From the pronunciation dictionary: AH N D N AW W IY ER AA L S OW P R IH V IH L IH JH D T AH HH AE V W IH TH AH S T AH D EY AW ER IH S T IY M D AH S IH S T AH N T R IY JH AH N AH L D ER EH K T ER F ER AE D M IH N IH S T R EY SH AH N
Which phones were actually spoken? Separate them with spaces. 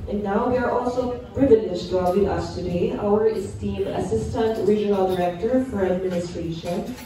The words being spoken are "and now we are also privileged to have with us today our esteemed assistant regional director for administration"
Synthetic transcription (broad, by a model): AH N N AW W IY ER AA L S OW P R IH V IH N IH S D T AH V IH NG AH S T AH D EY AW ER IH S T IY M AH S IH S T AH N T R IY JH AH N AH L D ER EH K T ER F ER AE D M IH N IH S T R EY SH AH N